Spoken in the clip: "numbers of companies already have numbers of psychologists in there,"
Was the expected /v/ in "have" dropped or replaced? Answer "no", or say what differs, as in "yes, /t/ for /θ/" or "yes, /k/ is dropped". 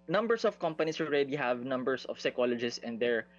no